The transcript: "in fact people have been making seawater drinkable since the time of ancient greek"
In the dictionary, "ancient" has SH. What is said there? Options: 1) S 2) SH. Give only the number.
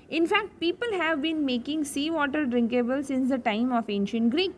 2